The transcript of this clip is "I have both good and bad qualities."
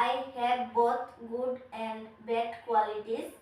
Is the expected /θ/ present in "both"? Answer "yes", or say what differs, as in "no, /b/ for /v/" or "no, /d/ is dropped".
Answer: no, /t/ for /θ/